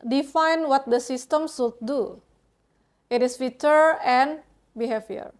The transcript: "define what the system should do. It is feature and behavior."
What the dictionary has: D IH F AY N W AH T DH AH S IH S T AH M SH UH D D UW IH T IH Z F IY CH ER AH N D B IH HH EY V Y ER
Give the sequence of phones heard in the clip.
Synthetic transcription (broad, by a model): D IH F AY N W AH T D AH S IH S T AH M S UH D D UW IH T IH S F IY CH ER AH N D B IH HH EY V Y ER